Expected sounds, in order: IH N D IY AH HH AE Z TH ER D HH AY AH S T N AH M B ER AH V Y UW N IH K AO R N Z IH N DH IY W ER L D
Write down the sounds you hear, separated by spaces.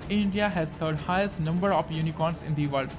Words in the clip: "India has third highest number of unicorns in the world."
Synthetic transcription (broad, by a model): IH N D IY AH HH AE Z T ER D HH AY AH S T N AH M B ER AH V Y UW N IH K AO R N S IH N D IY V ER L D